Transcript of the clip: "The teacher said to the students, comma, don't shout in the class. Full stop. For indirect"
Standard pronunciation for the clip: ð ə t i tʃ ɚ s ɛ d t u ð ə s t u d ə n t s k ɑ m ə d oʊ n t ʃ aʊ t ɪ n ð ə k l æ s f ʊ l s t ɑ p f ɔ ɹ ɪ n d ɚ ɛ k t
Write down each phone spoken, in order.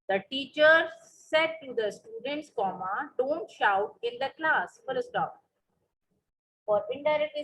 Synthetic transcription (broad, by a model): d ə t i tʃ ɚ s ɛ d t u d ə s t u d ə n t s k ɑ m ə d oʊ n t ʃ aʊ t ɪ n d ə k l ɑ s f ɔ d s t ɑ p f ɔ ɹ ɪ n d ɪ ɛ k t